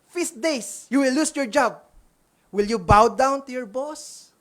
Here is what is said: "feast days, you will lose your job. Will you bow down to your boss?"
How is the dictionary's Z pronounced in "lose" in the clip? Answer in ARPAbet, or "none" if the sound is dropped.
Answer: S